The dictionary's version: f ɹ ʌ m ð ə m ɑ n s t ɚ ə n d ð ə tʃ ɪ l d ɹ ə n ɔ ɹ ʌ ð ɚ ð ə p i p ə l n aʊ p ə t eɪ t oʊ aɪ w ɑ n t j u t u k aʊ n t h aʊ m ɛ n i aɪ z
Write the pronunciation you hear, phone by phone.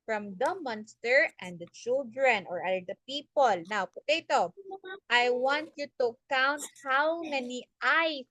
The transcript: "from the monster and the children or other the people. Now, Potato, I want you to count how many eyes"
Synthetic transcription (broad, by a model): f ɹ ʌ m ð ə m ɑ n s t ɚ ə n d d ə tʃ ɪ l d ɹ ə n ɔ ɹ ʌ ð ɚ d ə p i p ə l n aʊ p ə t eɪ t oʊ aɪ w ɑ n t j u t u k aʊ n t h aʊ m ɛ n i aɪ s